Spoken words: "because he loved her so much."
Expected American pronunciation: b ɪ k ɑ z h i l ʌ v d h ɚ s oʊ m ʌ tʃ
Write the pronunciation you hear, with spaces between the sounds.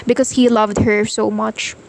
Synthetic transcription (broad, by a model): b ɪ k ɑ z h i l ʌ v d h ɚ s oʊ m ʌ tʃ